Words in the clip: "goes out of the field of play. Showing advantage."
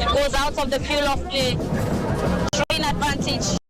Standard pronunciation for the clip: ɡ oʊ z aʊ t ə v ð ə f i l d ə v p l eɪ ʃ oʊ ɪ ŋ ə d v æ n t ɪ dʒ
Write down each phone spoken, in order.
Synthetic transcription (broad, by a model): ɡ oʊ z aʊ t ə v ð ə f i l ə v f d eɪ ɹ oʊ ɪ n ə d v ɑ n t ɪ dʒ